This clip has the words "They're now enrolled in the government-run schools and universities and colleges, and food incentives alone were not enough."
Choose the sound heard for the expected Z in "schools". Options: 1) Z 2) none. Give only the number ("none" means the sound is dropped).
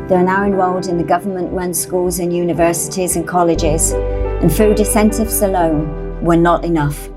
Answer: 1